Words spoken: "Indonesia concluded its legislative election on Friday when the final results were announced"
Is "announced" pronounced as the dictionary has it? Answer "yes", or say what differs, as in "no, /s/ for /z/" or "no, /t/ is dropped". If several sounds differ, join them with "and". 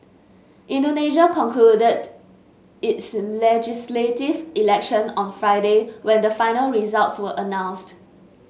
yes